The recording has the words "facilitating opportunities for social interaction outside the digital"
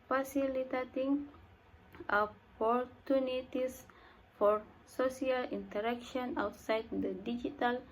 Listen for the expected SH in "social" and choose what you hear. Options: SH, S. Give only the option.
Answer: S